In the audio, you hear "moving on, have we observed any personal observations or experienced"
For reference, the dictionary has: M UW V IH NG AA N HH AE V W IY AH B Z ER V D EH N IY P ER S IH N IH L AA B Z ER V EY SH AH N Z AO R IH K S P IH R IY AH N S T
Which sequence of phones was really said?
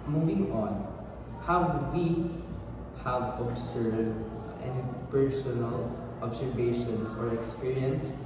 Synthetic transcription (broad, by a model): M UW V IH NG AA N HH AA W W IY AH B S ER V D EH N IY P ER S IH N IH L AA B S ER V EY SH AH N S AO R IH K S P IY R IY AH N S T